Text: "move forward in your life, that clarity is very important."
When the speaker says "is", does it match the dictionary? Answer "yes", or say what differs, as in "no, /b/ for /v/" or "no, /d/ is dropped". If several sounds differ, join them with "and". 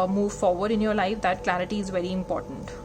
yes